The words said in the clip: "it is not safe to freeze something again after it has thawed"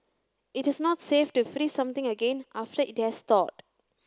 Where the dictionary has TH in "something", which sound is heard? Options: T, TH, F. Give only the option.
T